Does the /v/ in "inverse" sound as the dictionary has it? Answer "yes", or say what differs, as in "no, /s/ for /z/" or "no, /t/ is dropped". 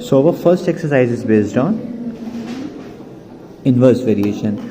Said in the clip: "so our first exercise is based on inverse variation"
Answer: yes